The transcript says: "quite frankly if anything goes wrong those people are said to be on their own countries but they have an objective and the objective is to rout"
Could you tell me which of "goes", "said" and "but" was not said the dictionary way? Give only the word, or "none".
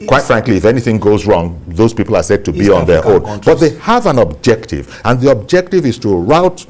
none